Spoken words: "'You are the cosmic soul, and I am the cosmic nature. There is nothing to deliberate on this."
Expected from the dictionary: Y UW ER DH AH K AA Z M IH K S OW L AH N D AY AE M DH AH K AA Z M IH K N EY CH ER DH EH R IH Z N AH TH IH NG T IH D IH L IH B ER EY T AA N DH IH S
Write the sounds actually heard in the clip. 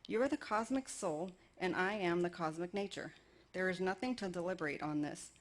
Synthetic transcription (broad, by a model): Y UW ER DH AH K AA Z M IH K S OW L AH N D AY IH M DH AH K AA Z M IH K N EY CH ER DH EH R IH Z N AH TH IH NG T IH D IH L IH B ER EY T N DH IH S